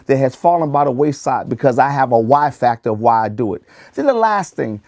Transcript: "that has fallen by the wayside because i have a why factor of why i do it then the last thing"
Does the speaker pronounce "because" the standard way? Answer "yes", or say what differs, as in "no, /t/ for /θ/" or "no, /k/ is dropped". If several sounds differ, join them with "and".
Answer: yes